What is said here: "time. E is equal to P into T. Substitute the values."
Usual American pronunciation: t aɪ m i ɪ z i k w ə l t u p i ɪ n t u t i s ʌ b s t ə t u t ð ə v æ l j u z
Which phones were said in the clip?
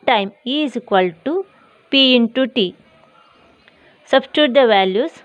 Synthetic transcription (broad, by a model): t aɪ m i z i k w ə l t u p i ɪ n t u t i s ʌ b s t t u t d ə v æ l j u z